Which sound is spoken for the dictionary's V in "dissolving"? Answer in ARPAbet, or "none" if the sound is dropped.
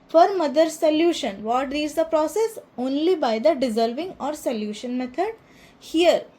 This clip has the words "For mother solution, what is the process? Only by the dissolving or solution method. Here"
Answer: V